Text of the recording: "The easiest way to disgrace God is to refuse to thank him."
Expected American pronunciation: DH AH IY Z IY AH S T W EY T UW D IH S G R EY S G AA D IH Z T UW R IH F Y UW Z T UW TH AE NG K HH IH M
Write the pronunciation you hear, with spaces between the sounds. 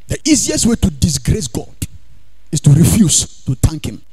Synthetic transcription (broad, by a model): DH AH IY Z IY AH S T W EY T UW D IH S G R EY S G AA D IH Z T UW R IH F Y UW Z T UW T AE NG K HH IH M